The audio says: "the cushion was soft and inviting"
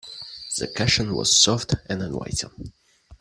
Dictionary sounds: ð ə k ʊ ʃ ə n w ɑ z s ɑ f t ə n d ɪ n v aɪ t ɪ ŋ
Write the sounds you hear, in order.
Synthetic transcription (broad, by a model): ð ə k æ ʃ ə n w ɑ z s ɑ f t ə n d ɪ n w aɪ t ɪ